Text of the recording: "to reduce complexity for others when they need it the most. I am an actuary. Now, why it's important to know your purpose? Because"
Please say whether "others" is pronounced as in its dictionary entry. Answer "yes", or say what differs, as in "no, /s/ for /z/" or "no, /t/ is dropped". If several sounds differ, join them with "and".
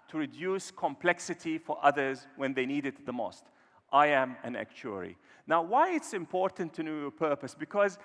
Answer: yes